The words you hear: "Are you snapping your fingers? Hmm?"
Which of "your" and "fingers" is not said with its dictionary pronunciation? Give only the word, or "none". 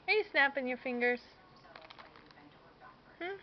fingers